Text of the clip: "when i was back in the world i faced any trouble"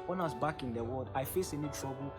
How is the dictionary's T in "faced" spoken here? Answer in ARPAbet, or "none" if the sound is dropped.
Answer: none